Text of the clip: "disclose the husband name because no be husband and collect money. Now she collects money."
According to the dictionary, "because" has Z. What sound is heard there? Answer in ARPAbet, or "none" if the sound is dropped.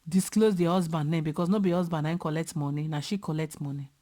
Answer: S